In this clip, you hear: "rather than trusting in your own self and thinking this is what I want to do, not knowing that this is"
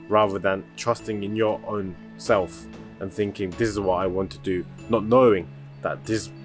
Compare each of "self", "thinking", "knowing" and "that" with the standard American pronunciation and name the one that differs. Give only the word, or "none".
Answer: none